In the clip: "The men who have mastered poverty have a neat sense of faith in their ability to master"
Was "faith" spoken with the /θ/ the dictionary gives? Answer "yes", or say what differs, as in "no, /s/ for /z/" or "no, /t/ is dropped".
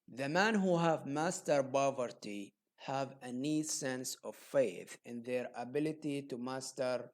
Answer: yes